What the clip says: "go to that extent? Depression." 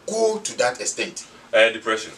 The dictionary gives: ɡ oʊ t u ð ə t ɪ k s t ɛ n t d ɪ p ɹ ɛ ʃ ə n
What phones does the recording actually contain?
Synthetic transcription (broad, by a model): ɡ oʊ t u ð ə t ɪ s t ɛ t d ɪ p ɹ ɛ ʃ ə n